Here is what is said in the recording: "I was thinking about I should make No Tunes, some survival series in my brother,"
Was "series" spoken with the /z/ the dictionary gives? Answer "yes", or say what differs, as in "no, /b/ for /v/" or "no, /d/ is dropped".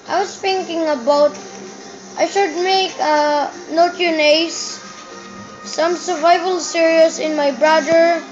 no, /s/ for /z/